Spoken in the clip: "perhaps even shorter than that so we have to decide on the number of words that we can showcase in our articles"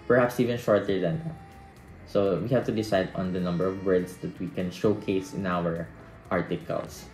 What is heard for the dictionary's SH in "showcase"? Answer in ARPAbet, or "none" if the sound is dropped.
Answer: SH